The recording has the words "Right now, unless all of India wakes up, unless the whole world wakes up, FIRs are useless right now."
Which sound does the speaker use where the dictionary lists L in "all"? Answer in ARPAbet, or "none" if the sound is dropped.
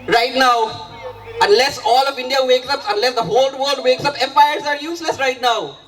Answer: L